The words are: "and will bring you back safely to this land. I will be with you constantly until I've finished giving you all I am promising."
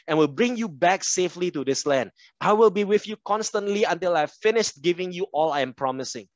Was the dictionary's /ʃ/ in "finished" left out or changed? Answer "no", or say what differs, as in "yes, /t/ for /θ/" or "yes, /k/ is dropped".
no